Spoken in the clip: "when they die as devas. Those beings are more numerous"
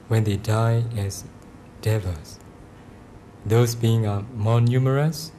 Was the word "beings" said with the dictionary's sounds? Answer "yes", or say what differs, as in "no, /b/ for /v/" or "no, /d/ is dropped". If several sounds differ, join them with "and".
no, /z/ is dropped